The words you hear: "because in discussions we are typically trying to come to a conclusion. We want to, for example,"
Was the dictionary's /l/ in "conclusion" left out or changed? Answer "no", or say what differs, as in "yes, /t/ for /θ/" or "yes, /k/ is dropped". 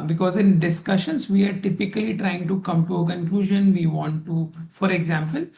no